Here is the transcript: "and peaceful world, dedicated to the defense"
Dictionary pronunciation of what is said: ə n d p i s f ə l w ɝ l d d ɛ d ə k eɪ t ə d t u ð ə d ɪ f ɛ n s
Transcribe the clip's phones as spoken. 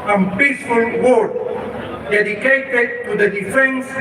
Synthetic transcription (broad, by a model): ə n p i s f ə l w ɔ d d ɛ d ə k eɪ t ə d t u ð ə d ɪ f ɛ n s